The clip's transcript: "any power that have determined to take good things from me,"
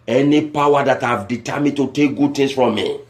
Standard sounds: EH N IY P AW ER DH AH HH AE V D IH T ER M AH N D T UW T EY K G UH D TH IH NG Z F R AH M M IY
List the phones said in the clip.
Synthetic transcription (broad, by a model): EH N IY P AW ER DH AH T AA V D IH T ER M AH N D T UW T EY K G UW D T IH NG S F R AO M M IY